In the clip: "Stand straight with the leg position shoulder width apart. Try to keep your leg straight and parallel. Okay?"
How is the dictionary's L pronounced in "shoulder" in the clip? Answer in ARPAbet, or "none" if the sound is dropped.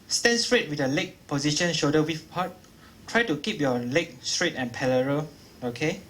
none